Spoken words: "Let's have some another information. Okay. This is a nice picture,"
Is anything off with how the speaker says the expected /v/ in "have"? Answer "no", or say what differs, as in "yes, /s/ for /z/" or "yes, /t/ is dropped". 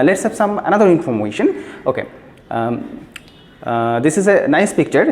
yes, /p/ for /v/